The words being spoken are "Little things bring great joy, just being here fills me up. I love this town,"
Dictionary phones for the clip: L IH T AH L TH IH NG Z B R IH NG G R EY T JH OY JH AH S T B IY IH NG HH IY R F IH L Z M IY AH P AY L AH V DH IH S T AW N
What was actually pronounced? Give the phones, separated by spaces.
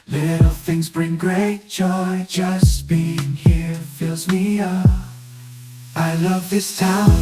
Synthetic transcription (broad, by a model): L IH T L TH IH NG Z B R IH NG G R EY T JH OY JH AH S B IY IH NG HH IY R F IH L Z M IY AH AY L AH V DH IH S T AW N